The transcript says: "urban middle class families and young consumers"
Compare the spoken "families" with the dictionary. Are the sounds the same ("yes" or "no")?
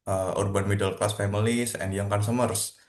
no